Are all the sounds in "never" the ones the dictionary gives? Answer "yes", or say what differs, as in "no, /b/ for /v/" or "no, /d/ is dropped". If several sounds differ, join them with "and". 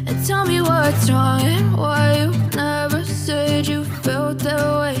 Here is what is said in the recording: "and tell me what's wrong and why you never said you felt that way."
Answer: yes